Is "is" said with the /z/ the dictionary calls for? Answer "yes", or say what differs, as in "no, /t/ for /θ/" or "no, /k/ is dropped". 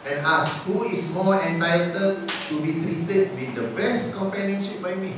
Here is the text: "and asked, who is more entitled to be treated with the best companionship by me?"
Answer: no, /s/ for /z/